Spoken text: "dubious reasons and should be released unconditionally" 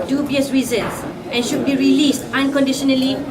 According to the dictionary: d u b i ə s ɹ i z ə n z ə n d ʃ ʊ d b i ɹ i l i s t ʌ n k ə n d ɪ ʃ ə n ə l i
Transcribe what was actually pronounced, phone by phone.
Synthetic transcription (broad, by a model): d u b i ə s ɹ i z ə n s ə n ʃ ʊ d b i ɹ i l i s t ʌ n k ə n d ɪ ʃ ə n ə l i